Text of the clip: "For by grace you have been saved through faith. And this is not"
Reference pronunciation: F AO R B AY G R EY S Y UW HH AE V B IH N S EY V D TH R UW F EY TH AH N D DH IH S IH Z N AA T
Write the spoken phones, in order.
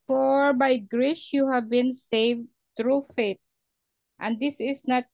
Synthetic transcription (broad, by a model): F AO R B AY G R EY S Y UW HH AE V B IH N S EY V D T R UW F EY T AH N D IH S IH S N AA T